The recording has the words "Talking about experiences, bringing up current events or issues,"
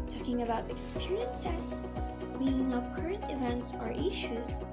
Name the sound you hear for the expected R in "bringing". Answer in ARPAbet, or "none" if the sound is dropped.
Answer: none